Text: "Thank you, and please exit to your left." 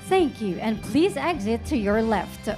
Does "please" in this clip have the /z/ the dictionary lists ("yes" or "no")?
yes